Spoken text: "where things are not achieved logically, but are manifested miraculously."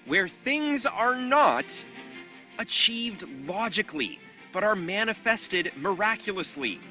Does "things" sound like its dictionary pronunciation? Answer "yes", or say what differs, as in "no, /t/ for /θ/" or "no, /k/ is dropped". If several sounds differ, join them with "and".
yes